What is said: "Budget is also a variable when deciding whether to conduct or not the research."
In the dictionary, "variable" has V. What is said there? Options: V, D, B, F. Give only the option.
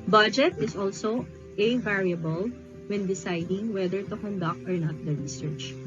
V